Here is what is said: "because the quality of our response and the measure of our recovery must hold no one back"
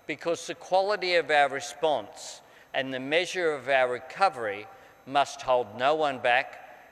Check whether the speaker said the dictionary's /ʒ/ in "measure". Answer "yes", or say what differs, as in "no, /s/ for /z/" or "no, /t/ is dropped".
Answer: yes